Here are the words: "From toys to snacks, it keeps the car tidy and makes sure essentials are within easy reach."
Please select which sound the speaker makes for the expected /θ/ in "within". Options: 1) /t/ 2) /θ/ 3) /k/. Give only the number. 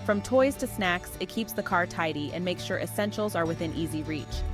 2